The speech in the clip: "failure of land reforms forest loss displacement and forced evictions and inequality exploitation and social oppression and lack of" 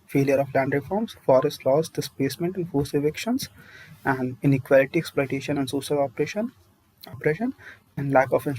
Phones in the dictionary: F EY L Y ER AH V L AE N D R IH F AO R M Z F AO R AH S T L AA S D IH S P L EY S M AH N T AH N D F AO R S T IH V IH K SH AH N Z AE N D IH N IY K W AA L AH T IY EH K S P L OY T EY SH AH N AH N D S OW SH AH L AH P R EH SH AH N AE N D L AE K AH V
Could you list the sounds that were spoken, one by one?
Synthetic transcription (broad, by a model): F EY L Y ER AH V L AE N D R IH F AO R M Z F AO R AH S L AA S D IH S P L EY S M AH N T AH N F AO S IH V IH K SH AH N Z AE N D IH N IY K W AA L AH T IY EH K S P L OY T EY SH AH N AH N D S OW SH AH L AH P R EH SH AH N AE N D L AE K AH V